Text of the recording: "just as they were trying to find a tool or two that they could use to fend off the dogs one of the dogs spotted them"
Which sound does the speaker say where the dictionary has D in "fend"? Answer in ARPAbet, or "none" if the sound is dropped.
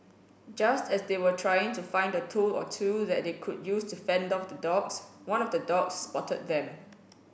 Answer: D